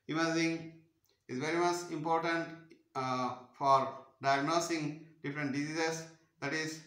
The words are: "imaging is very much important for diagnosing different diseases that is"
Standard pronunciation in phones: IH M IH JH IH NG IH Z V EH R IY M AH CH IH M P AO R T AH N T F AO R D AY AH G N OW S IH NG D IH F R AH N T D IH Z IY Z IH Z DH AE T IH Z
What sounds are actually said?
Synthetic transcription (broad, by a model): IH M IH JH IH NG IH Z V EH R IY M AH CH IH M P AO R T AH N T F AO R D AY AH G N OW S IH NG D IH F R AH N T D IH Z IY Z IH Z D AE T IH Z